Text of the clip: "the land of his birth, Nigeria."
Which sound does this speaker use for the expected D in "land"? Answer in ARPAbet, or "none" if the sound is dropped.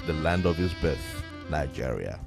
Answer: D